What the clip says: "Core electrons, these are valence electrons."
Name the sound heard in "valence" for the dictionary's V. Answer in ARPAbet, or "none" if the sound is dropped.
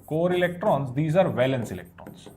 V